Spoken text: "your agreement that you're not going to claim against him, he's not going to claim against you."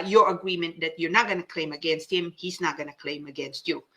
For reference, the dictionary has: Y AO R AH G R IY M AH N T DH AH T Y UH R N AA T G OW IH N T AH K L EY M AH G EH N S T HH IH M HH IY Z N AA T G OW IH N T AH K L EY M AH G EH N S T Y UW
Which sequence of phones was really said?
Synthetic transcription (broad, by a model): Y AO R AH G R IY M AH N T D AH T Y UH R N AA T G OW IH N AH K L EY M AH G EH N S T HH IH M HH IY S N AA T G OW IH N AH K L EY M AH G EH N S T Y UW